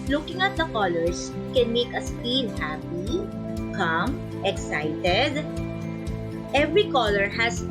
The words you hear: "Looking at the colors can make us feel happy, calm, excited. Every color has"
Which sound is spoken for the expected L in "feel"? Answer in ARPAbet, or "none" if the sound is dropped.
N